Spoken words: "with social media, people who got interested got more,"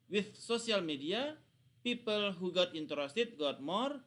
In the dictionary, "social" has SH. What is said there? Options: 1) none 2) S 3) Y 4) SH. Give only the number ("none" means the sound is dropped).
2